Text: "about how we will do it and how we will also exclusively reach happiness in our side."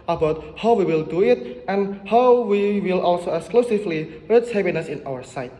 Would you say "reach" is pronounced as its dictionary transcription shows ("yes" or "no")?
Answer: no